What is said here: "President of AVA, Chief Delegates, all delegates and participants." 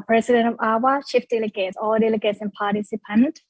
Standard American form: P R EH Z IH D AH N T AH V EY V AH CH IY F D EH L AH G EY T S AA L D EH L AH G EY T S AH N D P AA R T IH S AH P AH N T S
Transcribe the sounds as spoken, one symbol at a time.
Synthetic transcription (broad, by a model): P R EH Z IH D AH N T AH V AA W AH SH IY F D EH L AH G EY T S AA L D EH L AH G EY T S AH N P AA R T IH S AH P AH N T